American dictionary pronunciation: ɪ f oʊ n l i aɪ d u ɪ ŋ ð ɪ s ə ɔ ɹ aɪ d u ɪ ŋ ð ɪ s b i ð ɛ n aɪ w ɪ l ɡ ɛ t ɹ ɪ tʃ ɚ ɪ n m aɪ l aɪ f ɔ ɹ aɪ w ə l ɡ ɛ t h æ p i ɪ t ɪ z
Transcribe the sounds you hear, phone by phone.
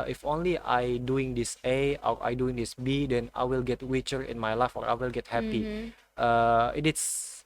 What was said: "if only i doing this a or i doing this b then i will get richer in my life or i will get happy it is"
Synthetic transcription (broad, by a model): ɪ f oʊ n l i aɪ d u ɪ ŋ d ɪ s ə ɔ ɹ aɪ d u ɪ ŋ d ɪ s b i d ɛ n aɪ w ɪ l ɡ ɛ t w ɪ tʃ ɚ ɪ n m aɪ l aɪ f ɔ ɹ aɪ w ə l ɡ ɛ t h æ p i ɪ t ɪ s